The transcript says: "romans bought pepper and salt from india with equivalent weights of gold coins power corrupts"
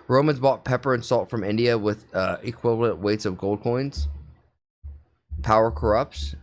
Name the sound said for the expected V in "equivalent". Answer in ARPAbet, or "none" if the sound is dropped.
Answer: V